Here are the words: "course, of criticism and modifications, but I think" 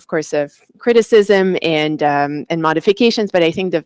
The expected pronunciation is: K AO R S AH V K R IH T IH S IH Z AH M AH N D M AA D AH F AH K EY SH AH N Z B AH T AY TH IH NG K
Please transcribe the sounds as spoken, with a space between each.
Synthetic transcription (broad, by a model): K AO R S AH V K R IH T IH S IH Z AH M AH N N M AA D AH F AH K EY SH AH N Z B AH T AY TH IH NG K